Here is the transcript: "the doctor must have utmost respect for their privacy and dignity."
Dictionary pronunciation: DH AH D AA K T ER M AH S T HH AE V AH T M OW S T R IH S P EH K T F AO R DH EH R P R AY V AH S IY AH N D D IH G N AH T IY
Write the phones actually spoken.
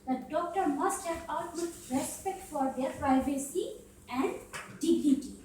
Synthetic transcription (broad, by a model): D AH D AA K T ER M AH S T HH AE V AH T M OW T R IH S P EH K T F AO R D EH R P R AY V AH S IY AH N D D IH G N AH T IY